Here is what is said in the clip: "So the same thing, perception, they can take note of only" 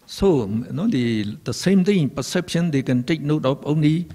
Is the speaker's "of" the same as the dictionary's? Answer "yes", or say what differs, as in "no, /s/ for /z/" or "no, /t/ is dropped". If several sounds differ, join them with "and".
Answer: no, /p/ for /v/